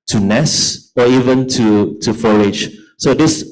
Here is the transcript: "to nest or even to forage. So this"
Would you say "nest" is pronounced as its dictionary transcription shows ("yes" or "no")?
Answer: no